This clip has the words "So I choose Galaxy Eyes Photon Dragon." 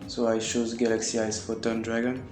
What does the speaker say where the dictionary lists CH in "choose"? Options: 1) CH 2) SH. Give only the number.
2